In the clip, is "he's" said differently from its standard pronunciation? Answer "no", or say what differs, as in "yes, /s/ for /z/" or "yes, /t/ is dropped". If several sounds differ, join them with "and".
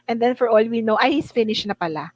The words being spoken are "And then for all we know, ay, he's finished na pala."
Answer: yes, /s/ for /z/